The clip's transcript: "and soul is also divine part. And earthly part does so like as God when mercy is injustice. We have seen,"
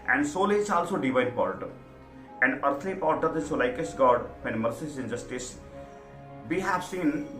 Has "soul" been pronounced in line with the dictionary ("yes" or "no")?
yes